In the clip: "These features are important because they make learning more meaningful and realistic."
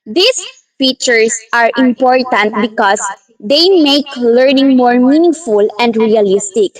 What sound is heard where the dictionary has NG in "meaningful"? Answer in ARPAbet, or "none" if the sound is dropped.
none